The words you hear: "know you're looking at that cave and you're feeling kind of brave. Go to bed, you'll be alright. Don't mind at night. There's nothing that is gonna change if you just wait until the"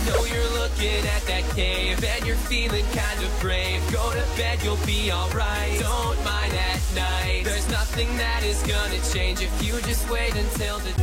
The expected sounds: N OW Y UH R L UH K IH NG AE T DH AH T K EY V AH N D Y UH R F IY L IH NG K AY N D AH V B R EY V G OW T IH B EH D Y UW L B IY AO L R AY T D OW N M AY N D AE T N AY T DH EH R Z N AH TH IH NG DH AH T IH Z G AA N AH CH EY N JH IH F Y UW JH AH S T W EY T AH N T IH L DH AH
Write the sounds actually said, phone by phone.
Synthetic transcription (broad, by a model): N OW Y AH R L UH K IH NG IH T DH AH T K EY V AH N Y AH R F IY L IH NG K AY N D AH V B R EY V G OW T IH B EH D Y UW L B IY AO L R AY T D OW N M AY N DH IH T N AY T DH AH R Z N AH TH IH NG DH AH T IH Z G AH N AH CH EY N JH IH F Y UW JH AH S T W EY T AH N T IH L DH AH